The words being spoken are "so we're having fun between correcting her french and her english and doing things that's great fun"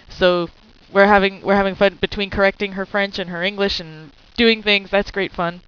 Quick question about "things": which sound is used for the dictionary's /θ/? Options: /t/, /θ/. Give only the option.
/θ/